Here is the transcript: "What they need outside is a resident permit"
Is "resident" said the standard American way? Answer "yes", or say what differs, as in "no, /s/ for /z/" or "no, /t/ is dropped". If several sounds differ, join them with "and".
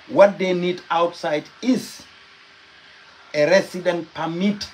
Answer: no, /s/ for /z/